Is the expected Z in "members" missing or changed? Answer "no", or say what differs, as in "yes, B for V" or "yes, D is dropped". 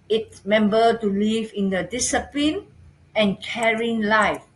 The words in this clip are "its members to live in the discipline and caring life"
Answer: yes, Z is dropped